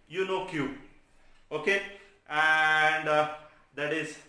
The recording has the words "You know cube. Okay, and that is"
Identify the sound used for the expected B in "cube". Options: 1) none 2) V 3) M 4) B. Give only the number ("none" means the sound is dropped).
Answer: 1